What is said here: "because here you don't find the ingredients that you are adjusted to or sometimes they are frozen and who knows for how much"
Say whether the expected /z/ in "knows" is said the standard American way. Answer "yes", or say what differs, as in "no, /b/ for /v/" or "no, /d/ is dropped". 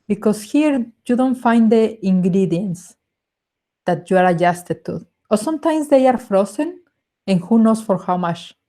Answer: no, /s/ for /z/